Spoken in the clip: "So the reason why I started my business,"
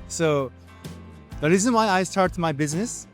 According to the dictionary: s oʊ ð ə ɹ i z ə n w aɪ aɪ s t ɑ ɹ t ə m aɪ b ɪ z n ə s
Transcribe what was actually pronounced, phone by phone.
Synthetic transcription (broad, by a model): s oʊ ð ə ɹ i z ə n w aɪ aɪ s t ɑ ɹ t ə m aɪ b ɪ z n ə s